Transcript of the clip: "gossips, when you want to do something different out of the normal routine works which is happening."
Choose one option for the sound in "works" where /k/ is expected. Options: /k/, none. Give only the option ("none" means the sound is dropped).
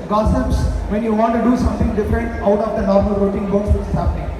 none